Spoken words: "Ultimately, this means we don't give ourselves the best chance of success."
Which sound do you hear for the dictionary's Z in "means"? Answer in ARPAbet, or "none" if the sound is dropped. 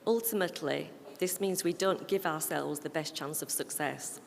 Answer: Z